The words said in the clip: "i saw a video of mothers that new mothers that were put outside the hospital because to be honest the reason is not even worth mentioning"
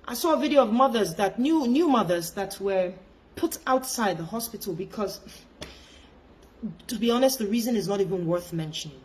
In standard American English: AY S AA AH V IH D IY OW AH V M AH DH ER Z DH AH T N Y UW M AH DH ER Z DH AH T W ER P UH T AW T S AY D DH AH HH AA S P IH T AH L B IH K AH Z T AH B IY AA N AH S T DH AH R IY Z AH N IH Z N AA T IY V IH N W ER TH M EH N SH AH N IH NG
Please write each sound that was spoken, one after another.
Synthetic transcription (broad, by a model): AY S AA AH V IH D IY OW AH V M AH DH ER Z DH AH T N Y UW M AH DH ER Z DH AH T W ER P UH T AW T S AY D DH AH HH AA S P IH T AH L B IH K AH Z T AH B IY AA N AH S T DH AH R IY Z AH N IH Z N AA T IY V IH N W ER TH M EH N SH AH N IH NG